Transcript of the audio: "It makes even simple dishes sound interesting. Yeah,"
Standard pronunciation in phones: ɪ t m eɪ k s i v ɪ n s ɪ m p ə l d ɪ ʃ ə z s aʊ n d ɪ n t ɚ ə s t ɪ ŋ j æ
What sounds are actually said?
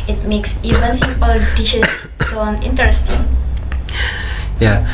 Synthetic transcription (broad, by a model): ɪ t m eɪ k s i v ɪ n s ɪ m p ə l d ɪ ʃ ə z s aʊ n ɪ n t ɚ ə s t ɪ ŋ j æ